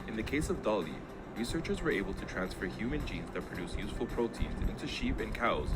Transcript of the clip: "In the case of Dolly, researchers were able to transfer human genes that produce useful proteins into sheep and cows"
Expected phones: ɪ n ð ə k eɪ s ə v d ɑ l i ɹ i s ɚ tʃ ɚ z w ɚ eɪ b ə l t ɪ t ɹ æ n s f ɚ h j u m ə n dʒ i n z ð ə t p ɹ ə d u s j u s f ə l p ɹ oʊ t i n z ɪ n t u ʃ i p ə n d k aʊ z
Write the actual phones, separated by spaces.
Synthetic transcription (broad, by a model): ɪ n ð ə k eɪ s ə v d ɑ l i ɹ i s ɚ tʃ ɚ z w ɚ eɪ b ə l t ɪ t ɹ æ n s f ɚ h j u m ə n dʒ i n z ð ə t p ɹ ə d u s j u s f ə l p ɹ oʊ t i n z ɪ n t u ʃ i p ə n k aʊ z